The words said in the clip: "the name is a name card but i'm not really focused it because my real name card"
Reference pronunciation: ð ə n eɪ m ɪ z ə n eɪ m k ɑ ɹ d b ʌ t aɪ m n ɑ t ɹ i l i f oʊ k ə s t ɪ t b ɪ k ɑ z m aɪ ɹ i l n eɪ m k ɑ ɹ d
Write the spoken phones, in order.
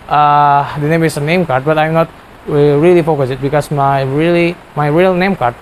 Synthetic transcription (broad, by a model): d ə n eɪ m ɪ s ə n eɪ m k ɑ ɹ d b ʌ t aɪ m n ɑ t ɹ i l i f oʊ k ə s ɪ t b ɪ k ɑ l m aɪ ɹ i l n eɪ m k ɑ ɹ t